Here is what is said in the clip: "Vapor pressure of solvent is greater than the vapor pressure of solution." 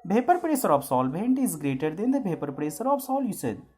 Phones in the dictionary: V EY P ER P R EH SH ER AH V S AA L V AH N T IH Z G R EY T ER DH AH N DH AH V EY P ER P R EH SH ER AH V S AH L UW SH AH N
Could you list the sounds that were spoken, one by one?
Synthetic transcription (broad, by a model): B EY P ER P R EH S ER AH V S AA L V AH N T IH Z G R EY T ER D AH N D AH B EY P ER P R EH S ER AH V S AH L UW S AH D